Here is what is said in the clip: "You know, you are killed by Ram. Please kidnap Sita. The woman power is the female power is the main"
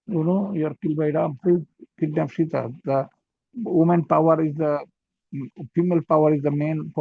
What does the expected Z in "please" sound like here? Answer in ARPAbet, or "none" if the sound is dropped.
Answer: none